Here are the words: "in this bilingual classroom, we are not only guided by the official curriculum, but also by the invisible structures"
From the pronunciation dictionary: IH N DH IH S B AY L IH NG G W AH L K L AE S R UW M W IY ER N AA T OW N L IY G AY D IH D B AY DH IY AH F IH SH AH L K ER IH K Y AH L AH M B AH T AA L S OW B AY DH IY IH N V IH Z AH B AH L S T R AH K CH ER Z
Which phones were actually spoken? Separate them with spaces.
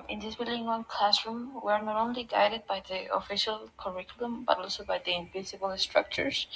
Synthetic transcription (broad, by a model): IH N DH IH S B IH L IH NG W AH N K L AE S R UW M W IY ER N AA T OW N L IY G AY D IH D B AY DH IY AH F IH SH AH L K ER IH K Y AH L AH M B AH T AA L S OW B AY DH IY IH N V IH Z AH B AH L S T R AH K CH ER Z